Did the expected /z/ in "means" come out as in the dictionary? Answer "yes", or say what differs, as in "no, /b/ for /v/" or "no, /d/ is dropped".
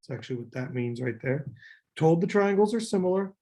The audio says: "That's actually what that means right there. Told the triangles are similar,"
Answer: yes